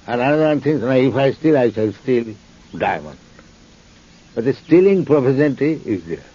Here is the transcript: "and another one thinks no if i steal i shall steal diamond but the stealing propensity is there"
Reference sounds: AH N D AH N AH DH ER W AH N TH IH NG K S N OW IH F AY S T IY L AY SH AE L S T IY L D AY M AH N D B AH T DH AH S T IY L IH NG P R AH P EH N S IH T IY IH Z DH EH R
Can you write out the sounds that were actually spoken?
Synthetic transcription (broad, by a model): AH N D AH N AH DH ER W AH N T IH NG S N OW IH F AY S T IY L AY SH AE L S T IY L D AY M AH N D B AH T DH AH S T IY L IH NG P R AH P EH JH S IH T IY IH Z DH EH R